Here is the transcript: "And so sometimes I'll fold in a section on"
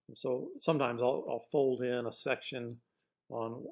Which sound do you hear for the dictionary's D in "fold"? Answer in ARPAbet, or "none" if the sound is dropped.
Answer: D